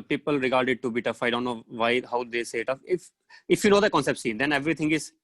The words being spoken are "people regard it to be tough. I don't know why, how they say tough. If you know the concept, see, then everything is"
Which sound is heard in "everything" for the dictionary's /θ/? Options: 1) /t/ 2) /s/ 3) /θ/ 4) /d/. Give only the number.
1